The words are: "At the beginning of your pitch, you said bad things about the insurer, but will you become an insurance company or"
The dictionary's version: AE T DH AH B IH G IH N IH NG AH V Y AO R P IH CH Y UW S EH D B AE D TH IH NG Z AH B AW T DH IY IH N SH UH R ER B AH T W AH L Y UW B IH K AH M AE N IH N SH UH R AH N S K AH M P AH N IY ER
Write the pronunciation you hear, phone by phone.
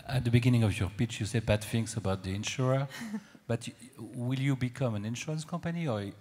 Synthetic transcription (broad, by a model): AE T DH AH B IH G IH N IH NG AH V Y AO R P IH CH Y UW S EH D B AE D F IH NG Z AH B AW T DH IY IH N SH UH R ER B AH T W AH L Y UW B IH K AH M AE N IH N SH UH R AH N S K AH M P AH N IY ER